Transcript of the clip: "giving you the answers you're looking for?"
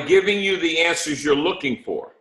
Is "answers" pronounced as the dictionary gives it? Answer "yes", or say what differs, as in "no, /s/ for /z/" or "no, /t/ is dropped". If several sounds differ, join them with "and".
yes